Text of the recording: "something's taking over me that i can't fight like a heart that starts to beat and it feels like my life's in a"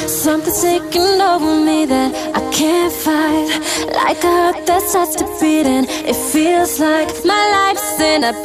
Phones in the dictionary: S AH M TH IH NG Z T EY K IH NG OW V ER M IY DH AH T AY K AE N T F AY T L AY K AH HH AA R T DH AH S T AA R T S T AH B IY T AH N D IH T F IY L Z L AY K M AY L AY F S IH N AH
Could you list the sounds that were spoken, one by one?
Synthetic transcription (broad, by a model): S AH M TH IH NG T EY K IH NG OW V ER M IY DH AH T AY K AE N T F AY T L AY K AH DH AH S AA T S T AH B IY T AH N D IH T F IY L Z L AY K M AY L AY F S IH N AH